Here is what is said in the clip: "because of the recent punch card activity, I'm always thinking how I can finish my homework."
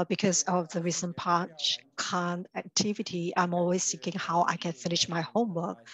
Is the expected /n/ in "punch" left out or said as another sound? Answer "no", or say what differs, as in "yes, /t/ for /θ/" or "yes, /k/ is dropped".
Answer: yes, /n/ is dropped